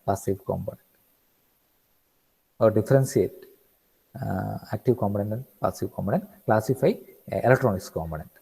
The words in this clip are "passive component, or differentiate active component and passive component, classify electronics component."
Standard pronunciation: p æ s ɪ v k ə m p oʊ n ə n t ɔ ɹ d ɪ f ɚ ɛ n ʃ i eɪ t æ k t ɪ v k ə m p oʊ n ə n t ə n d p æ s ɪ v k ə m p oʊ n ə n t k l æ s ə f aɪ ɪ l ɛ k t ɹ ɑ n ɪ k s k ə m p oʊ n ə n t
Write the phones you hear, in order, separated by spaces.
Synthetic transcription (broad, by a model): p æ s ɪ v k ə m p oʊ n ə n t ɔ ɹ d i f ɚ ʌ n s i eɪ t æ k t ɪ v k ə m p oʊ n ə n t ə n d p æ s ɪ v k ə m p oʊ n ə n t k l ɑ s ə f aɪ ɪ l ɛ k t ɹ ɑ n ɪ k s k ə m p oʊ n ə n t